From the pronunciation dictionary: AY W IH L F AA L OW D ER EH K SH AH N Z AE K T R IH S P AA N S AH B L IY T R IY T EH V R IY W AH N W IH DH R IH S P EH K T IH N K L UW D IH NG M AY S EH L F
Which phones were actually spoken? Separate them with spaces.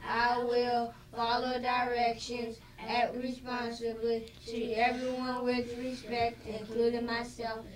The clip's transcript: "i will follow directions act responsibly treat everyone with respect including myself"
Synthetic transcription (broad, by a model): AY W IH L F AA L OW D ER EH K SH AH N Z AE T R IH S P AA N S AH B L IY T IY EH V R IY W AH N W IH DH R IH S P EH K T IH N K L UW D IH NG M AY S EH L F